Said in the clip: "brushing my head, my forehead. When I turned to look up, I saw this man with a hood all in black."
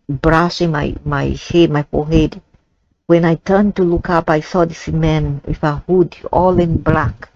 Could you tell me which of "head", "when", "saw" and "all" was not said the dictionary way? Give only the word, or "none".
none